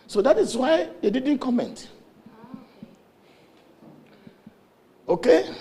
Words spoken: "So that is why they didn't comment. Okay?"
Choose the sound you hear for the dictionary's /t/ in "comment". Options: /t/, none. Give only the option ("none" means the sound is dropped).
/t/